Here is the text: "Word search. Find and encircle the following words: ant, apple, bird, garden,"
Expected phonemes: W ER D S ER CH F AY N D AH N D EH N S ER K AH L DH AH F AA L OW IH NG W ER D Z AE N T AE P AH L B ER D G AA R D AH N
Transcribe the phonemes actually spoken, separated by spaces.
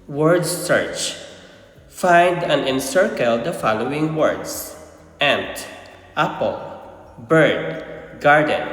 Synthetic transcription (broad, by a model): W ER D S ER CH F AY N D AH N EH N S ER K AH L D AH F AA L OW IH NG W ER D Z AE N T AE P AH L B ER D G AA R D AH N